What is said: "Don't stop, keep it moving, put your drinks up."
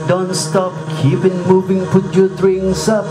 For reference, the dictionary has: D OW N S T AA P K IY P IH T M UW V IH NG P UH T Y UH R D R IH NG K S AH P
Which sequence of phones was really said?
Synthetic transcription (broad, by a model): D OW N S T AA P K IY P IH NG M UW V IH NG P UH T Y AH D R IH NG S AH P